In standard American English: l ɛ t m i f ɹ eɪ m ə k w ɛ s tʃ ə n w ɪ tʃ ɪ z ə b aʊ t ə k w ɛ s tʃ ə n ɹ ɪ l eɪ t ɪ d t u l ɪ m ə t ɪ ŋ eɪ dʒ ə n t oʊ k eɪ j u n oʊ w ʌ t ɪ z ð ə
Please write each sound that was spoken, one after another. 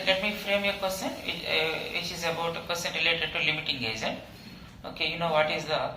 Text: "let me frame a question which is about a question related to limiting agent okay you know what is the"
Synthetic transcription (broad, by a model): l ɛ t m i f ɹ eɪ m ə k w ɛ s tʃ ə n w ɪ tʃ ɪ z ə b aʊ t ə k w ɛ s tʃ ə n ɹ ɪ l eɪ t ɪ d t u l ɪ m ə t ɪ ŋ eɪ z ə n oʊ k eɪ j u n oʊ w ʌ t ɪ z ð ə